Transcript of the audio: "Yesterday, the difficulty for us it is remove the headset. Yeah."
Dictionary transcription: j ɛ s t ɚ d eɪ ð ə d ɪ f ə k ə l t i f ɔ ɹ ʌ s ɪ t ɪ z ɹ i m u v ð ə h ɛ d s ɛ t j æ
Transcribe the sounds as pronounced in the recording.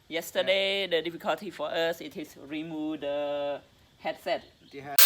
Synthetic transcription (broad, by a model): j ɛ s t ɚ d eɪ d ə d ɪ f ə k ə l t i f ɔ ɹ ʌ s ɪ t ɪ s ɹ i m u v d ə h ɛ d s ɛ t